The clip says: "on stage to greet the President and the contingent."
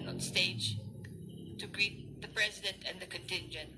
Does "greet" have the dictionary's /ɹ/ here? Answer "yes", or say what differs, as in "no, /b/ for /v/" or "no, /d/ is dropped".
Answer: yes